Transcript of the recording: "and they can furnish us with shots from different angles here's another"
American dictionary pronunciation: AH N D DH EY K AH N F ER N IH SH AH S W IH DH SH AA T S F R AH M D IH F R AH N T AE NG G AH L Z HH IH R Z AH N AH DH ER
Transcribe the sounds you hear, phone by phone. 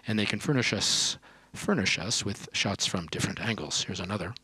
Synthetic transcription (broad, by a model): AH N DH EY K AH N F ER N IH SH AH S W IH DH SH AA T S F R AH M D IH F R AH N T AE NG G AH L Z HH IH R Z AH N AH DH ER